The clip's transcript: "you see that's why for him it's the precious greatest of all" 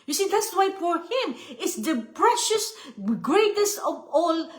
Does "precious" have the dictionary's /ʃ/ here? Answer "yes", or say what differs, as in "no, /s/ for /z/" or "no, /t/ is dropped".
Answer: yes